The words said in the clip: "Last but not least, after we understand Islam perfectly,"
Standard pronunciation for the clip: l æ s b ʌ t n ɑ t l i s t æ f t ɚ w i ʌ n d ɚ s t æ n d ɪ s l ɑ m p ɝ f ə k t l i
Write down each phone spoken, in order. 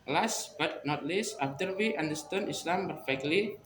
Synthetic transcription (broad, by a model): l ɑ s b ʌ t n ɑ t l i s ɑ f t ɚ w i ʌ n d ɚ s t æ n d ɪ s l ɑ m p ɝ f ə k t l i